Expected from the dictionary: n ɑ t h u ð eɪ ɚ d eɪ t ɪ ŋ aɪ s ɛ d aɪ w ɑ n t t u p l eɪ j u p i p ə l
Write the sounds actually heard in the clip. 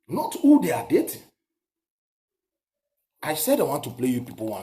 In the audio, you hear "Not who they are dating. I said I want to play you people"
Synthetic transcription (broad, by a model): n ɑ t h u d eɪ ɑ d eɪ t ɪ aɪ s ɛ d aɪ w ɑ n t t u p l eɪ j u p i p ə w